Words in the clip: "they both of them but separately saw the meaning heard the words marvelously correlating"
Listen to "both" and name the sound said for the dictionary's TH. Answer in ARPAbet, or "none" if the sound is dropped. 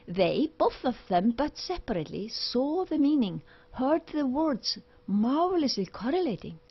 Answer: TH